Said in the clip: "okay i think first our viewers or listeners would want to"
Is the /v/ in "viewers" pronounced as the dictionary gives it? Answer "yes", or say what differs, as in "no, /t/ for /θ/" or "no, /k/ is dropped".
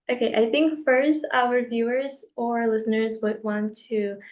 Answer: yes